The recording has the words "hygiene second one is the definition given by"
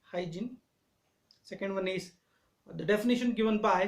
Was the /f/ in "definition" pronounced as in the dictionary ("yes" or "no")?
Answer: yes